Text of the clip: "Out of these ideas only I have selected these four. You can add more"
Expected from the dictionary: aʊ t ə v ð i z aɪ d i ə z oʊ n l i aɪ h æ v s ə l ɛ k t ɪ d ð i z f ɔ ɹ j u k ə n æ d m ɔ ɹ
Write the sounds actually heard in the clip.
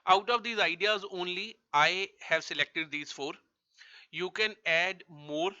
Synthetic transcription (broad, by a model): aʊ t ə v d i z aɪ d i ə z oʊ n l i aɪ h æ v s ə l ɛ k t ɪ d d i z f ɔ ɹ j u k ə n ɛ d m ɔ ɹ